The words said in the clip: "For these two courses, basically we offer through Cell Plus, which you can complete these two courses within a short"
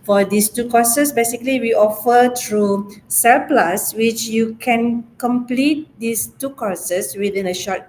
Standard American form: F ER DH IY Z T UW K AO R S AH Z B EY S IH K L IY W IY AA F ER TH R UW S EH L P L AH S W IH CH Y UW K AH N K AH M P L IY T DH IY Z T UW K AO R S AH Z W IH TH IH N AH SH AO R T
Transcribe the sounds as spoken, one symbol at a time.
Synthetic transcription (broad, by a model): F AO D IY S T UW K AO S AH S B EY S IH K L IY W IY AA F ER T R UW S EH L P L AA S W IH CH Y UW K AH N K AH M P L IY T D IY S T UW K AO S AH S W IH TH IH N AH SH AO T